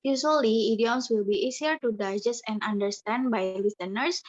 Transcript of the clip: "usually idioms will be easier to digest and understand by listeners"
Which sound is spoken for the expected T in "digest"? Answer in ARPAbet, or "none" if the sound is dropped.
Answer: none